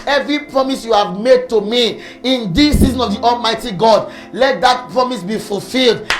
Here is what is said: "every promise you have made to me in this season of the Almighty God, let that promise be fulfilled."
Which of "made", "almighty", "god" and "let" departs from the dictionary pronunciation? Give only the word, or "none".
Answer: none